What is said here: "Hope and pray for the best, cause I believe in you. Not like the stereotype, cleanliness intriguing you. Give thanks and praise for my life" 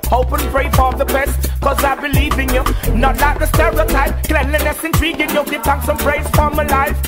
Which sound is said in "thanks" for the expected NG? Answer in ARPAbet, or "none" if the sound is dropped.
none